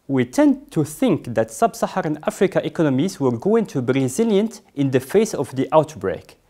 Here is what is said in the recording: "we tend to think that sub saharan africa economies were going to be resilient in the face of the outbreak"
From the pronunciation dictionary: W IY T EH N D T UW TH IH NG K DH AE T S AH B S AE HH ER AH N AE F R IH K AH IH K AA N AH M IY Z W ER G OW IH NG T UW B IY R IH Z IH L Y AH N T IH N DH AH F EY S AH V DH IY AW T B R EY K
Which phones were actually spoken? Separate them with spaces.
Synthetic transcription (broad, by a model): W IY T EH N D T UW TH IH NG K DH AE T S AH B S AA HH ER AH N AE F R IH K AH IH K AA N AH M IY Z W ER G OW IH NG T UW B IY R IH Z IH L Y AH N T IH N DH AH F EY S AH V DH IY AW T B R EY K